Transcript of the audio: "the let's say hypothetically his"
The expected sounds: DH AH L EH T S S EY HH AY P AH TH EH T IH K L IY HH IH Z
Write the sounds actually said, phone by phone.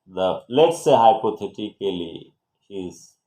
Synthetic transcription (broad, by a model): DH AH L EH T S S EY HH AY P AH T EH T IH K L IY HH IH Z